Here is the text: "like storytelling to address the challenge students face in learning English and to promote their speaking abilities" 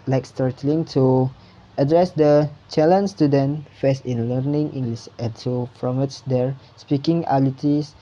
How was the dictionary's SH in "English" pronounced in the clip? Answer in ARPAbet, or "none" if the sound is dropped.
S